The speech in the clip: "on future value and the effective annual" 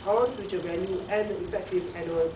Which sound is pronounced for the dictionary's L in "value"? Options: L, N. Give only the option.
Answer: N